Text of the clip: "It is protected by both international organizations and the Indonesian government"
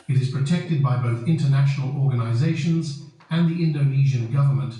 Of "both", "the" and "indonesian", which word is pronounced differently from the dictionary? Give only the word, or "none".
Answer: none